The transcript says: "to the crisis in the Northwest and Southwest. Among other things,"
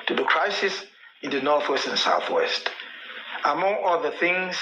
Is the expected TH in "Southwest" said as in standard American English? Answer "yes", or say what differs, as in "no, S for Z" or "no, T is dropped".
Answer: yes